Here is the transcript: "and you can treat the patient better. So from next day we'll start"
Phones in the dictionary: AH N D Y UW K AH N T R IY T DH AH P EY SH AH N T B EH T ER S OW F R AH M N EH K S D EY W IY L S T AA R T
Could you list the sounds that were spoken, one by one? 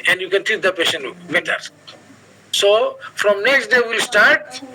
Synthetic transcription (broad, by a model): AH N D Y UW K AH N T IY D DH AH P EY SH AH N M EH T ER S OW F R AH M N EH K S D EY W IY L S T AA R T